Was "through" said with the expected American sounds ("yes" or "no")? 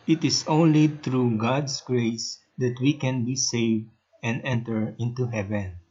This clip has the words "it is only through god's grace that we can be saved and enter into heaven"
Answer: no